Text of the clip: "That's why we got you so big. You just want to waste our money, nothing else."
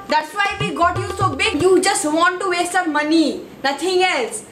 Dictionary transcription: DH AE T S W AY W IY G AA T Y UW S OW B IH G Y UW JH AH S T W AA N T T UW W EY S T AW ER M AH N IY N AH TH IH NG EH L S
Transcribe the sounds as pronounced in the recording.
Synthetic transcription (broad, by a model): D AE T S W AY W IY G AA T Y UW S OW B IH G Y UW JH AH S T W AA N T T UW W EY S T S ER M AH N IY N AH T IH NG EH L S